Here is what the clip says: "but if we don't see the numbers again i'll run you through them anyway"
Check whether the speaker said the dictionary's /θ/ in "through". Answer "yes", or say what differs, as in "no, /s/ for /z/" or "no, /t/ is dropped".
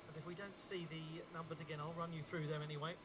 yes